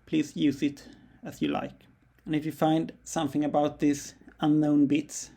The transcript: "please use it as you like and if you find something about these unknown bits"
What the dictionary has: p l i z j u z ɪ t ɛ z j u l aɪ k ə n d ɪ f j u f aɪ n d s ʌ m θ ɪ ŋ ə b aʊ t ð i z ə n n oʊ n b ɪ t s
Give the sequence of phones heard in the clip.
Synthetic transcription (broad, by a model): p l i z j u z ɪ t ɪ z j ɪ l aɪ k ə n ɪ f j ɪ f aɪ n d s ʌ m θ ɪ ŋ ə b aʊ t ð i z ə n n oʊ n b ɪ t s